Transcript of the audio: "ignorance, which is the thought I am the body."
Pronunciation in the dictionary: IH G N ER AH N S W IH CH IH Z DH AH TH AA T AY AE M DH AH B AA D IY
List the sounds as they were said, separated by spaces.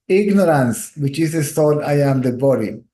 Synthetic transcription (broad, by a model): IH G N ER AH N S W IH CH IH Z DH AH T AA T AY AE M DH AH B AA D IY